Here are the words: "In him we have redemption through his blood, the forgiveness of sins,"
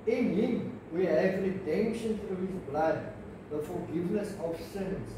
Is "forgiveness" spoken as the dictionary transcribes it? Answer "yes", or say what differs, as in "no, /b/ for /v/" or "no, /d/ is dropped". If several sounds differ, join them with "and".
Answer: no, /l/ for /ɹ/